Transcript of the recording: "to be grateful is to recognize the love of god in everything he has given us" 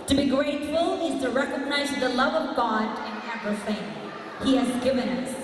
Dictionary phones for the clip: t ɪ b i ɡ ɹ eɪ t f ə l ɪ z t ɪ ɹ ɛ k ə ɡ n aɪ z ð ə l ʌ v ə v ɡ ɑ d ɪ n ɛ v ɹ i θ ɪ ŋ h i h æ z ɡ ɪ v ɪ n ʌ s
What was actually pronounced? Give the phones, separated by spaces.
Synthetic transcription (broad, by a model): t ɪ b i ɡ ɹ eɪ t f ə l ɪ z t ɪ ɹ ɛ k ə ɡ n aɪ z ð ə l ʌ v ə v ɡ ɑ d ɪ n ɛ p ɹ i f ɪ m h i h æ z ɡ ɪ v ɪ n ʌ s